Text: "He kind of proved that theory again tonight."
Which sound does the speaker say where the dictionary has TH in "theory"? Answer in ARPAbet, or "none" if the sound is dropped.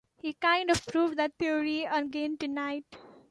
T